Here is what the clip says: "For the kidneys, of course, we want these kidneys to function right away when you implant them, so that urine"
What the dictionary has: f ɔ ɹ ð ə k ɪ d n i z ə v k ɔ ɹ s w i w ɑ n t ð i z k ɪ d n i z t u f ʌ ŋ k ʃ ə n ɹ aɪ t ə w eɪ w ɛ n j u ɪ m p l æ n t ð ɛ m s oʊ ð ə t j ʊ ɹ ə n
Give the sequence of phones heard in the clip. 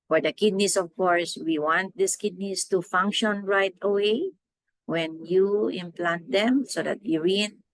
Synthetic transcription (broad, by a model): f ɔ ɹ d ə k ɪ d n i s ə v k ɔ ɹ s w i w ɑ n t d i s k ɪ d n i s t u f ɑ ŋ k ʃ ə n ɹ aɪ t ə w eɪ w ɛ n j u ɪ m p l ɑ n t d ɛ m s oʊ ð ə t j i ɹ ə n